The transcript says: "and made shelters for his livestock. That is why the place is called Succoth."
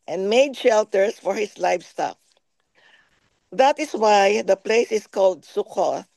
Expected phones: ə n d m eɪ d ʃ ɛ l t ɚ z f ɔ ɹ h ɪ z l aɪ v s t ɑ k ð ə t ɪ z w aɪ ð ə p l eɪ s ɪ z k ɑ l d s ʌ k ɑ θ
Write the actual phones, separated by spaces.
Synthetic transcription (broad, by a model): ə n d m eɪ d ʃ ɛ l t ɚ s f ɔ ɹ h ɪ s l aɪ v s t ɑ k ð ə t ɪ s w aɪ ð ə p l eɪ s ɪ s k ɑ l d s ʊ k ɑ